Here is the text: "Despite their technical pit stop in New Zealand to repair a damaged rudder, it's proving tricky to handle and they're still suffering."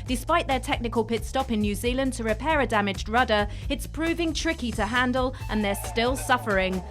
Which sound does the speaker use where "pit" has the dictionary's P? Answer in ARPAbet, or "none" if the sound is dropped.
P